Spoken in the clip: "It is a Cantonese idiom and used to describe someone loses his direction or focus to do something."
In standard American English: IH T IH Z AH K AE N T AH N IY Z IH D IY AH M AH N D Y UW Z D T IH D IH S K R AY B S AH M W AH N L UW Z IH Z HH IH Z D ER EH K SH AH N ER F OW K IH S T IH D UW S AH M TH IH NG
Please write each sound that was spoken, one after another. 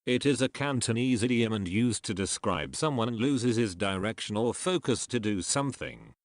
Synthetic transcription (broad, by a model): IH T IH Z AH K AE N T AH N IY Z IH D IY AH M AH N Y UW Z T IH D IH S K R AY B S AH M W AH N L UW Z IH Z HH IH Z D ER EH K SH AH N ER F OW K IH S T IH D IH S AH M TH IH NG